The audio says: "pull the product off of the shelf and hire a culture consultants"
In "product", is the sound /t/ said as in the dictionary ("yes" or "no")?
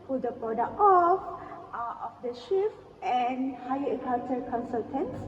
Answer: no